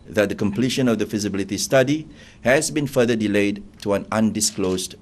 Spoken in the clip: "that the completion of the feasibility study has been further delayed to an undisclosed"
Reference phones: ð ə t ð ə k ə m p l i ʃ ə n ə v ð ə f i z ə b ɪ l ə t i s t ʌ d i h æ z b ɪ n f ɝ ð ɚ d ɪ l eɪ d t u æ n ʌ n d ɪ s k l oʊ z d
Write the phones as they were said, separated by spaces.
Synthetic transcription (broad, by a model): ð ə t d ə k ə m p l i ʃ ə n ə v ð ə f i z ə b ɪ l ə t i s t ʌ d i h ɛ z b ɪ n f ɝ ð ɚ d ɪ l eɪ d t u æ n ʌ n d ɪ s k l oʊ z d